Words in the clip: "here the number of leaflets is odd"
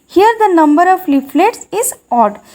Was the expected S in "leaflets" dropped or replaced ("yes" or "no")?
no